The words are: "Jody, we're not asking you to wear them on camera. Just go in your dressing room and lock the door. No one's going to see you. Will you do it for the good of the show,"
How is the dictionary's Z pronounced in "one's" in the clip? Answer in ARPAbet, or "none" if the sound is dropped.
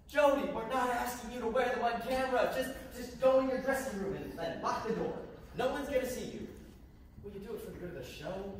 Z